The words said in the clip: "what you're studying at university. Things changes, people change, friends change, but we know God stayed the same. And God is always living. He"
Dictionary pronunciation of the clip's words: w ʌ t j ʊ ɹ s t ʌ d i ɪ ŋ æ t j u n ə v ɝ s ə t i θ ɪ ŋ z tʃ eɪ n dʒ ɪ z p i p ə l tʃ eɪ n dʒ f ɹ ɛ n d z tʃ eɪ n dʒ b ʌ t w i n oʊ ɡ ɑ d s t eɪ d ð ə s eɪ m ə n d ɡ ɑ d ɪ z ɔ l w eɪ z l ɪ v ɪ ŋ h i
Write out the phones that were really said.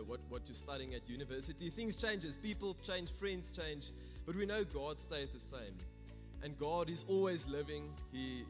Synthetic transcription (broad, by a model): w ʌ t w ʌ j s t ʌ d i ɪ ŋ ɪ t j u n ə v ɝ s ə t i θ ɪ ŋ z tʃ eɪ n dʒ ɪ z p i p ə l tʃ eɪ n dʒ f ɹ ɛ n d z tʃ eɪ n dʒ b ʌ t w i n oʊ ɡ ɑ d s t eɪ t ð ə s eɪ m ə n ɡ ɑ d ɪ z ɔ l w eɪ z l ɪ v ɪ ŋ h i